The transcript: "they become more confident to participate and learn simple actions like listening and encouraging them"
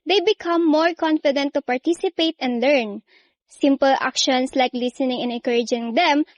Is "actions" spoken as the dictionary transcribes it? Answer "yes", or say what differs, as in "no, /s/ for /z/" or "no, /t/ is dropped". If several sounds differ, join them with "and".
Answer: no, /s/ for /z/